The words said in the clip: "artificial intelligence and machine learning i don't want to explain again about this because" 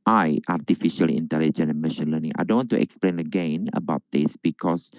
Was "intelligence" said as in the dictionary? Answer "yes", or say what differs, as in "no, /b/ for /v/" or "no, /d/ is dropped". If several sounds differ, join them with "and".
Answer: no, /s/ is dropped